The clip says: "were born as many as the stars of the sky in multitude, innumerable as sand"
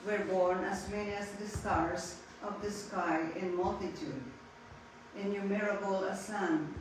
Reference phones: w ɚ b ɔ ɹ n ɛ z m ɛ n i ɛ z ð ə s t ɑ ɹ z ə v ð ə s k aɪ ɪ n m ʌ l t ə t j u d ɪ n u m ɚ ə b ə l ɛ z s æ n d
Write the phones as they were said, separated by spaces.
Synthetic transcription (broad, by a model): w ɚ b ɔ ɹ n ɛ s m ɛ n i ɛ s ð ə s t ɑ ɹ s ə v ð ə s k aɪ ɪ n m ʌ l t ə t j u d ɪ n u m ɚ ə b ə l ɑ s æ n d